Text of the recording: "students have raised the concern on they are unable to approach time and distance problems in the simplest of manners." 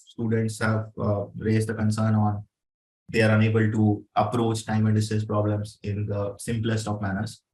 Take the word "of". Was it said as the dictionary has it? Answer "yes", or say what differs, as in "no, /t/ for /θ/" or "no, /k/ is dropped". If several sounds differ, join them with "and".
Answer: no, /p/ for /v/